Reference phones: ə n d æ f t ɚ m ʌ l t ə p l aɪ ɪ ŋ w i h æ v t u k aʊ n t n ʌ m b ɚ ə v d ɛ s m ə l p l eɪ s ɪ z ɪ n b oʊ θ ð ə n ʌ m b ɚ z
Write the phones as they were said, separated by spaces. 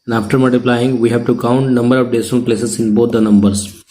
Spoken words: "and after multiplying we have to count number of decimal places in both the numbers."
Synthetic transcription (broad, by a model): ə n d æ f t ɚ m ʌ l t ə p l aɪ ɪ ŋ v i h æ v t u k aʊ n t n ʌ m b ɚ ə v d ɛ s ə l p l eɪ s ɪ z ɪ n b oʊ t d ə n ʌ m b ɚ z